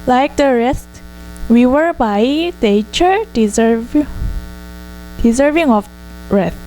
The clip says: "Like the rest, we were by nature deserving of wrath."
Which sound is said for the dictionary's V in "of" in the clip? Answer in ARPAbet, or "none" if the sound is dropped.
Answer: B